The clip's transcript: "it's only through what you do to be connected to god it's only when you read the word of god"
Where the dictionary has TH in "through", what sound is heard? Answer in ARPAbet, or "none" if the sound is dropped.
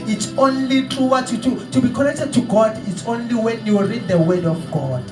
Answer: T